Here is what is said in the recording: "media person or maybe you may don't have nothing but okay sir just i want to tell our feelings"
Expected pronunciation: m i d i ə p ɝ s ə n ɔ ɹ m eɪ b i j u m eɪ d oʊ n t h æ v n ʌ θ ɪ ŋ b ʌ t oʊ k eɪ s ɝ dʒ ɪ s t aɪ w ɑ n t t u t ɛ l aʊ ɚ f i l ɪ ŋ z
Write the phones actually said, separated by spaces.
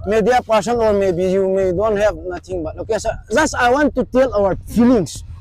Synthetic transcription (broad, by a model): m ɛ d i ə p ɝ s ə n ɔ ɹ m eɪ b i j u m eɪ d oʊ n t h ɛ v n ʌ t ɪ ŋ b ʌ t oʊ k eɪ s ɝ z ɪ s aɪ w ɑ n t t u t ɛ l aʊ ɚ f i l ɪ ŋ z